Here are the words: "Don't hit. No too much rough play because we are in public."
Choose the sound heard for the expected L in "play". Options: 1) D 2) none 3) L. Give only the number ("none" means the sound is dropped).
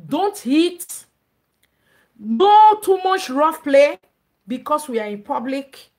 3